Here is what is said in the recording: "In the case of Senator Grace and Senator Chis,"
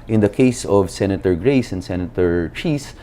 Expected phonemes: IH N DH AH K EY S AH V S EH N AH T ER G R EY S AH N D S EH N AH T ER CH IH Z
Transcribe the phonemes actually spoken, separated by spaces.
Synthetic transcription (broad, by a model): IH N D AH K EY S AH V S EH N AH T ER G R EY S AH N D S EH N AH T ER CH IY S